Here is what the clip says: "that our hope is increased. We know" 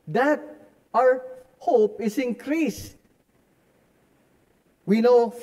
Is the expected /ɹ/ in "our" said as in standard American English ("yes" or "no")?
yes